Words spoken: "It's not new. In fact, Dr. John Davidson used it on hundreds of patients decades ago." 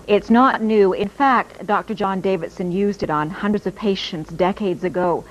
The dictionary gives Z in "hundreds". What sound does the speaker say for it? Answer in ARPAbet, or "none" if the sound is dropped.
Z